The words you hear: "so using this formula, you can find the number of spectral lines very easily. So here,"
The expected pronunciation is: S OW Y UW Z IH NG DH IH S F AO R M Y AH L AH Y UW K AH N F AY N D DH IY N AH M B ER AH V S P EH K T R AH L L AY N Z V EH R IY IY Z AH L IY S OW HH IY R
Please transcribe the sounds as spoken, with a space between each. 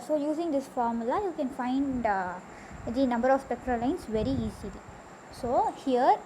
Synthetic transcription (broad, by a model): S OW Y UW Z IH NG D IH S F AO R M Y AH L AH Y UW K AH N F AY N D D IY N AH M B ER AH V S P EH K T R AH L L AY N S V EH R IY IY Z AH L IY S OW HH IY R